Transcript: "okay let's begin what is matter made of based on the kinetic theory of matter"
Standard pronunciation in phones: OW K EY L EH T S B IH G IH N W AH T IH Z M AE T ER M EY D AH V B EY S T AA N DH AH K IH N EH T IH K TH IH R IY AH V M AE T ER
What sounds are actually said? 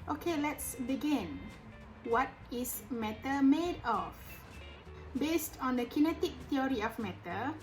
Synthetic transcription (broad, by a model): OW K EY L EH T S B IH G IH N W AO T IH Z M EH T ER M EY D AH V B EY S T AA N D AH K IH N EH T IH K T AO R IY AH F M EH T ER